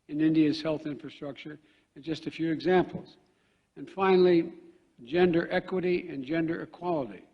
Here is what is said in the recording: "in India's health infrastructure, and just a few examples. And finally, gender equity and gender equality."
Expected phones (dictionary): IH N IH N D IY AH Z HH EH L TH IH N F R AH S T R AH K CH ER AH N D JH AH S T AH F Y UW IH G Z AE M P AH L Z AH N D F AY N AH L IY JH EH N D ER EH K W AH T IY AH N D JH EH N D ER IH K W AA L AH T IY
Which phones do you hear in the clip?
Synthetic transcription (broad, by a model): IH N IH N D IY AH Z HH EH L TH IH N F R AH S T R AH K CH ER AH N JH AH S T AH F Y UW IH G Z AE M P L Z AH N F AY N L IY JH EH N D ER EH K W AH T IY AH N JH EH N D ER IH K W AA L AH T IY